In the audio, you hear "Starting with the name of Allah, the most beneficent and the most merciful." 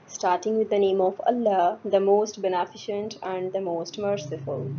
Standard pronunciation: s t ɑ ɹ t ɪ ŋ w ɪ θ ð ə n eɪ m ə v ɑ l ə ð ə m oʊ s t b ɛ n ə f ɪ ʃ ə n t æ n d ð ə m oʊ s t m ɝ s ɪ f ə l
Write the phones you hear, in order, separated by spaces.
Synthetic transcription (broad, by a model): s t ɑ ɹ t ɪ ŋ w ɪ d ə n eɪ m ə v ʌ l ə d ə m oʊ s t b ɛ n ə f ɪ ʃ ə n t æ n d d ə m oʊ s t m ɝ s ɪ f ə l